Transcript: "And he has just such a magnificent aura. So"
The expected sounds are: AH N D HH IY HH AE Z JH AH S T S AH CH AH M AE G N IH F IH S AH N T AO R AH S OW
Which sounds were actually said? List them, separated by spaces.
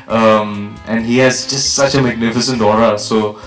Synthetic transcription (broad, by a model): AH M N HH IY HH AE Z JH AH S T S AH CH AH M AE G N IH F IH S AH N T AO R AH S OW